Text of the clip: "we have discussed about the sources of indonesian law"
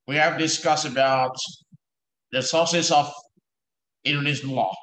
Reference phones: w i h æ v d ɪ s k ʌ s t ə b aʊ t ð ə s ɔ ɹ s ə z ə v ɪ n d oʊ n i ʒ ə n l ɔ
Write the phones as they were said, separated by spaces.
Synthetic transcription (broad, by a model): w i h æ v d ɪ s k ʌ s ə b aʊ t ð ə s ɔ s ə s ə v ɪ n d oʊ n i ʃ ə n l ɔ